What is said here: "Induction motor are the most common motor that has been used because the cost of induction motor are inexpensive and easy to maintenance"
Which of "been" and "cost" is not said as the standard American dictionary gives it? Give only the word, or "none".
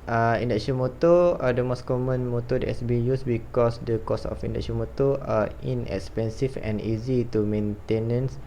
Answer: cost